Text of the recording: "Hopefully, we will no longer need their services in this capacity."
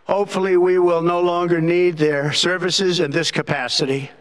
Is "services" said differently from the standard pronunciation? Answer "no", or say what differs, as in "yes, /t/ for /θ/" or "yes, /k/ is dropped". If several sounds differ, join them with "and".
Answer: no